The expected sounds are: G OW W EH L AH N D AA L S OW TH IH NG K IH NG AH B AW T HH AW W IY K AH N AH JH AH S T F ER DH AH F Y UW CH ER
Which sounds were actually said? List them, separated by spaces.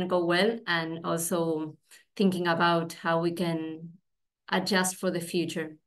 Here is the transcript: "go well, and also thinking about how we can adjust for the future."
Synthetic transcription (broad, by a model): G OW W EH L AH N AA L S OW TH IH NG K IH NG AH B AW T HH AW W IY K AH N AH JH AH S T F ER DH AH F Y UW CH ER